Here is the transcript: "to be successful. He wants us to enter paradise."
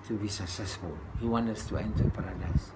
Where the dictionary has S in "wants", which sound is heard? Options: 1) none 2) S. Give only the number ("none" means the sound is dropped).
1